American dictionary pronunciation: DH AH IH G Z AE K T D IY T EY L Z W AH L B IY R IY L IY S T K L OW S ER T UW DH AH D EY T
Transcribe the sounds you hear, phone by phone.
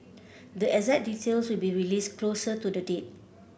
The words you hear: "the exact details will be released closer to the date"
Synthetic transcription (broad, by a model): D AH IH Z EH T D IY T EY L S W AH L B IY R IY L IY S K L OW S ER T UW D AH D EY T